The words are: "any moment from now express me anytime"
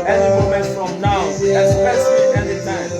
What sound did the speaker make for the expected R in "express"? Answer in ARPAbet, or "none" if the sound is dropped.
none